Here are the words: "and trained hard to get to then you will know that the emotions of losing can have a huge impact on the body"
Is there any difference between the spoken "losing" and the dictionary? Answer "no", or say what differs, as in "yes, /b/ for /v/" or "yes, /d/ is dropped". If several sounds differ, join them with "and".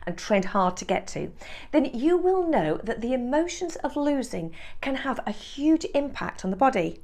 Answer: no